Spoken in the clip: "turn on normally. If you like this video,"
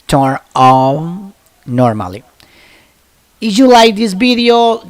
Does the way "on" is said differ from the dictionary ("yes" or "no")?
yes